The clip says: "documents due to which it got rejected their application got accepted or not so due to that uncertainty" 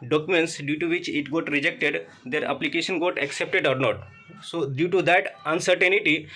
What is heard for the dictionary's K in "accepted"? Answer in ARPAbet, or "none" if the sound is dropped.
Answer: K